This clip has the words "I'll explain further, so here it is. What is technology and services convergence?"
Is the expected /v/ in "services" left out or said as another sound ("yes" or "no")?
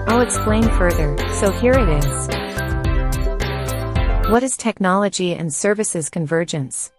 no